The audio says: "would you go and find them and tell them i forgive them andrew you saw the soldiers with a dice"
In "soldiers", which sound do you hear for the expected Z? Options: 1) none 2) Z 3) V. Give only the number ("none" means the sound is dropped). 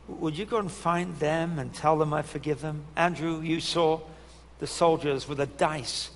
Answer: 2